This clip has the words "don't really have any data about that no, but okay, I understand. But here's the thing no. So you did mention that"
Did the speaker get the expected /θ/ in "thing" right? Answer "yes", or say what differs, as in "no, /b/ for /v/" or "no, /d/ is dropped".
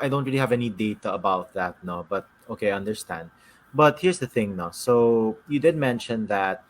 yes